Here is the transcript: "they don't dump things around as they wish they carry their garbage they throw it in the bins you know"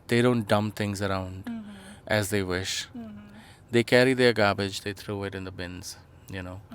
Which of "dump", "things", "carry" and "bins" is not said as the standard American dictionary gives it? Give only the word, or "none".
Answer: things